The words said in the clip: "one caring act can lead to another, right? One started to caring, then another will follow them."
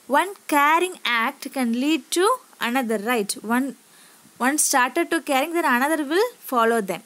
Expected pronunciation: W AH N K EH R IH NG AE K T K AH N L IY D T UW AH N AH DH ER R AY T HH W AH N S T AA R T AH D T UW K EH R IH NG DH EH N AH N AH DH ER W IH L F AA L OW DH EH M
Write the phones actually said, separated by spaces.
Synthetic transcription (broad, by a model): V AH N K EH R IH NG AE K T K AH N L IY D T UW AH N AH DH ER R AY T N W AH N S T AA R T AH D T UW K EH R IH NG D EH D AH N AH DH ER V IH L F AA L OW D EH M